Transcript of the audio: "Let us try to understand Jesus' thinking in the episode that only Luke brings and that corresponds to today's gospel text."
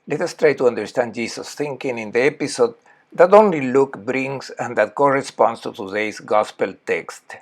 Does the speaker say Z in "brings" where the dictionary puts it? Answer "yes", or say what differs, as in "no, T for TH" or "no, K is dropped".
no, S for Z